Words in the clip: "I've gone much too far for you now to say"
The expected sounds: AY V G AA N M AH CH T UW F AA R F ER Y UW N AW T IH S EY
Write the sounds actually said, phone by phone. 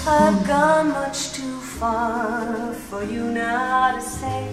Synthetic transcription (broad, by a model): AY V G AA N M AH CH T UW F AA R F ER Y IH N AW T IH S EY